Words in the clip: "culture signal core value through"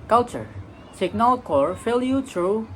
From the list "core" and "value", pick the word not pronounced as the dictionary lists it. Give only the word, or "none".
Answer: value